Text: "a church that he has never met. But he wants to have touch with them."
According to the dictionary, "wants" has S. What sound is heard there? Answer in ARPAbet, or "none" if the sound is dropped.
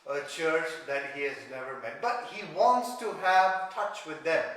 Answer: S